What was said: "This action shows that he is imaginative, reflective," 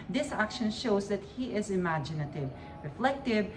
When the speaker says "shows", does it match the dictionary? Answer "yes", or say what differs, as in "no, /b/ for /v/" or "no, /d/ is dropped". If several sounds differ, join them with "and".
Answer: yes